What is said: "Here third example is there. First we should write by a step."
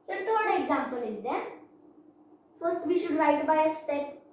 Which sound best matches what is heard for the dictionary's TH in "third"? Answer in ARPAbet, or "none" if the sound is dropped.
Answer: T